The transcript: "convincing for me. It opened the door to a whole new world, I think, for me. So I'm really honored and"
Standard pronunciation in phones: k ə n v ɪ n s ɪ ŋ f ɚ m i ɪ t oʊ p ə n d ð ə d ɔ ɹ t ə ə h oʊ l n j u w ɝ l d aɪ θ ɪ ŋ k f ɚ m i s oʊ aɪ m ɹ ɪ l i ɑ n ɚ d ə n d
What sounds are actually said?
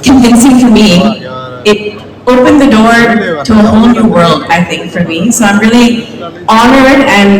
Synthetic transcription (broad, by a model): k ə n v ɪ n s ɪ ŋ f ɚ m i ɪ t oʊ p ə n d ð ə d ɔ ɹ t ə ə h oʊ l n j u w ɝ l d aɪ θ ɪ ŋ k f ɚ m i s oʊ aɪ m ɹ ɪ l i ɑ n ɚ d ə n